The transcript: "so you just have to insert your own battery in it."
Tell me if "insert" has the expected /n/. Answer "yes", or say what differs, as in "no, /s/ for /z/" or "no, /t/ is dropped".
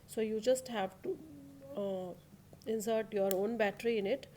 yes